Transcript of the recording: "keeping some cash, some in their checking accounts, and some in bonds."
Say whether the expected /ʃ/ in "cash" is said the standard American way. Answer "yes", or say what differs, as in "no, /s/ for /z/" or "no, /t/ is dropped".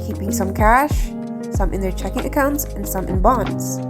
yes